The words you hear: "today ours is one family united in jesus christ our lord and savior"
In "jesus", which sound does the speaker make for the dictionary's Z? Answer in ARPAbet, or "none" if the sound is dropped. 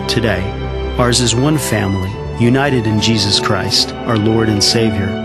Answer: Z